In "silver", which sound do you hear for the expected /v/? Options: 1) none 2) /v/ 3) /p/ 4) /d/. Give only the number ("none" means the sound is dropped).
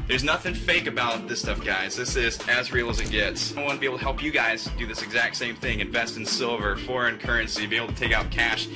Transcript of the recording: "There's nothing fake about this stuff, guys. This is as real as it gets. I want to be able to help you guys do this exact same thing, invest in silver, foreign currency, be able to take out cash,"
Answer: 2